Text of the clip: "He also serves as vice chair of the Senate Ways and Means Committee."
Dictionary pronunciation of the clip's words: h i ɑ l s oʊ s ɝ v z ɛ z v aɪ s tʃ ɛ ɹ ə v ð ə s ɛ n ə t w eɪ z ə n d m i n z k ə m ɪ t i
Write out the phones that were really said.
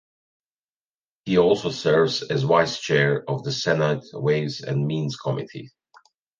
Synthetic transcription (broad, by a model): h i ɑ l s oʊ s ɝ v z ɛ z w aɪ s tʃ ɛ ɹ ə v ð ə s ɛ n ə t w eɪ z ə n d m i n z k ə m ɪ t i